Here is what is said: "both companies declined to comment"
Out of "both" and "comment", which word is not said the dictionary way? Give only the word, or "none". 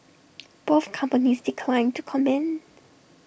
comment